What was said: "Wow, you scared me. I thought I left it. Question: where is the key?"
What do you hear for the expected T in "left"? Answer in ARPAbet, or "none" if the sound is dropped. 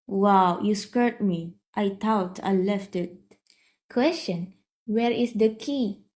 T